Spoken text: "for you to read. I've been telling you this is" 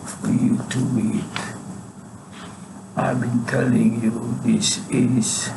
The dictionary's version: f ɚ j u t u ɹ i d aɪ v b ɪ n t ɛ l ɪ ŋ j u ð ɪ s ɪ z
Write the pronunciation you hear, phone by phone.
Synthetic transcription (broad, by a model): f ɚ j u t u w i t aɪ b ɪ n t ɛ l ɪ ŋ j u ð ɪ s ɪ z